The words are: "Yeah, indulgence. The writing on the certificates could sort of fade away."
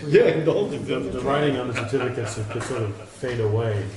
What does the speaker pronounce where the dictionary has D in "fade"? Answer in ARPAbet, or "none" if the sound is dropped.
D